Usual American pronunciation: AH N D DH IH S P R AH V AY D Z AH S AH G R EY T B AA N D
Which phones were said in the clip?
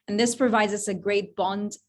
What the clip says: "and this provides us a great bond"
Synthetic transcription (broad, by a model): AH N DH IH S P R AH V AY D Z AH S AH G R EY T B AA N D